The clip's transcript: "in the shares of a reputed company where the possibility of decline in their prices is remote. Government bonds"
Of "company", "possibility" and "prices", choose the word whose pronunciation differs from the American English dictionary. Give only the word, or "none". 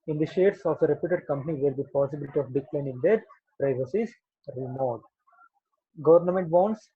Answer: prices